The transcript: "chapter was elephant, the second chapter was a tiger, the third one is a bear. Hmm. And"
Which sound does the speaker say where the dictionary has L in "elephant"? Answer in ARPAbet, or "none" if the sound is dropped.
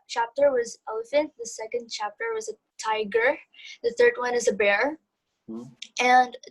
none